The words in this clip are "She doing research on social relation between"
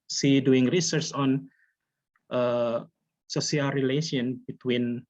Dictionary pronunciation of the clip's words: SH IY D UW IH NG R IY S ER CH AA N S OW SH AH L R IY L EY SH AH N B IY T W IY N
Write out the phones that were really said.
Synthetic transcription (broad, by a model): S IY D UW IH NG R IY S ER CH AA N S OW S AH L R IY L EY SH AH N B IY T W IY N